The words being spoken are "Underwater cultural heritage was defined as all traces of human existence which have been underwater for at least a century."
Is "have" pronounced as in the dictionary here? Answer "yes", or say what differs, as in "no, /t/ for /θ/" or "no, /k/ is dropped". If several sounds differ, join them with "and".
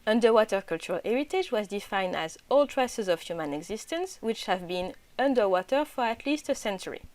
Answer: yes